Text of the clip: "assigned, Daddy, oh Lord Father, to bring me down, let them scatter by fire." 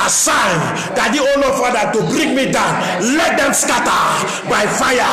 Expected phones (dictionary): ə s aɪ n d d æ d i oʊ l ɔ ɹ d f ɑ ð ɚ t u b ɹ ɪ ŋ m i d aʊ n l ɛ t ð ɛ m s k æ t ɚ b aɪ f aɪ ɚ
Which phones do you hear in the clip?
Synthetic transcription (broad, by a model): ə s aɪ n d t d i oʊ n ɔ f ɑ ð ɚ t u b ɹ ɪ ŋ m i d aʊ n l ɛ t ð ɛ m s k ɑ t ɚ b aɪ f aɪ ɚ